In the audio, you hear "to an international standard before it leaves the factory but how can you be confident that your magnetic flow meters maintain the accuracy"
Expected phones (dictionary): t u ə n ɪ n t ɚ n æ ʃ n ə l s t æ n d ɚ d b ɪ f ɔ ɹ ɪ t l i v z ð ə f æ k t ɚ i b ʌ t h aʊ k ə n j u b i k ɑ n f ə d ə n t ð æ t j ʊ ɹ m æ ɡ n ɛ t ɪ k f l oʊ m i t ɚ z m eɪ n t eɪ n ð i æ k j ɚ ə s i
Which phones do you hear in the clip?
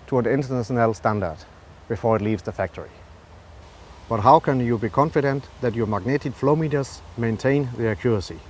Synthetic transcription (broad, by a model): t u ə n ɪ n t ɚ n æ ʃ n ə l s t æ n d ɚ d b ɪ f ɔ ɹ ɪ t l i v z ð ə f æ k t ɚ i b ʌ t h aʊ k ə n j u b i k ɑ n f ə d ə n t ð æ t j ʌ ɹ m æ ɡ n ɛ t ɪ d f l oʊ m i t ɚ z m eɪ n t eɪ n ð i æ k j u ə s i